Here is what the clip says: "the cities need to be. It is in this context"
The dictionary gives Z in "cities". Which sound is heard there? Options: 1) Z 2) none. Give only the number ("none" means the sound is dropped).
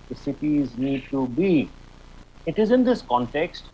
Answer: 1